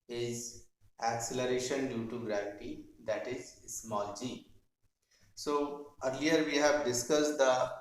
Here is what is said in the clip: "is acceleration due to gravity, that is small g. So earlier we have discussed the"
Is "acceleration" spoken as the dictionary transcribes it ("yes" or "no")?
yes